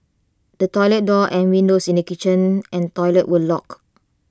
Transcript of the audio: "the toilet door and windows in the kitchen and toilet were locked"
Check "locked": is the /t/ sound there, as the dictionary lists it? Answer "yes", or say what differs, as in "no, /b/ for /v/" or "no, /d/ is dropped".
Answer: no, /t/ is dropped